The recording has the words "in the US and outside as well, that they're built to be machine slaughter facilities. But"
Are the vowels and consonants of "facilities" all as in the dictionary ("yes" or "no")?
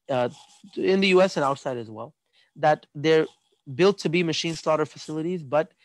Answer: yes